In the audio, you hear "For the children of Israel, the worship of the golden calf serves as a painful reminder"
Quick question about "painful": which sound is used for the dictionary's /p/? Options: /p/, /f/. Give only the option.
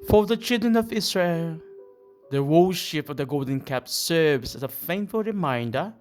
/f/